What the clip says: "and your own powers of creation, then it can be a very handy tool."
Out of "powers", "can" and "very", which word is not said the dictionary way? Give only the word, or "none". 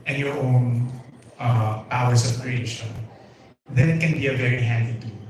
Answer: powers